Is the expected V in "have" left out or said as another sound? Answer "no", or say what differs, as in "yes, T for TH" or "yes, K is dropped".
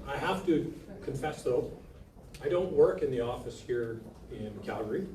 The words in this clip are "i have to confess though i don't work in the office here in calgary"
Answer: yes, F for V